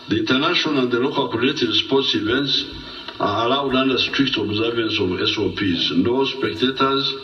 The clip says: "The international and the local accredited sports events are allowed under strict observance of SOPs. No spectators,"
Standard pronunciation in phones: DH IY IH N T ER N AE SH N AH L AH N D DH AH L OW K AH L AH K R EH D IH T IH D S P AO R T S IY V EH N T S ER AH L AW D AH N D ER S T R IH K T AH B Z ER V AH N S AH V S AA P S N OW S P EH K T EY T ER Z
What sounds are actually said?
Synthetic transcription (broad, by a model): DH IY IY N T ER N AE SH AH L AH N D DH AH L OW K AH L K AO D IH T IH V S P AO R T S IY V EH N T S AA AH L AW D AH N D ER S T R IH K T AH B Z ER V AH N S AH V S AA P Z N OW S P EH K T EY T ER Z